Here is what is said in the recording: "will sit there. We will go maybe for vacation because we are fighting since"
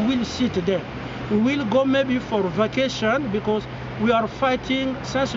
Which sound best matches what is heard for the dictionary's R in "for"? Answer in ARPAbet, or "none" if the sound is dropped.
R